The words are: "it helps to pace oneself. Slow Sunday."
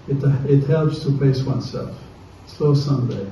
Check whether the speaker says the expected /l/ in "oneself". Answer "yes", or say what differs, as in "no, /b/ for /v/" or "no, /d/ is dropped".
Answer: yes